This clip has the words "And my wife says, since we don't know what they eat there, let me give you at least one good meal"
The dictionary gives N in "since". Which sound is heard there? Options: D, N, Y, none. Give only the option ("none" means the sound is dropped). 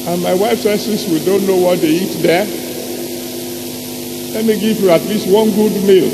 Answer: none